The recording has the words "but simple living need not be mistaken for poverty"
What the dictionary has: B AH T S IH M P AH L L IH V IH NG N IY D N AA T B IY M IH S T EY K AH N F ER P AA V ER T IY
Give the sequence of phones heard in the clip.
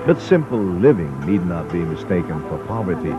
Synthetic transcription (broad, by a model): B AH T S IH M P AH L L IH V IH NG N IY D N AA T B IY M IH S T EY K AH N F ER P AA V ER T IY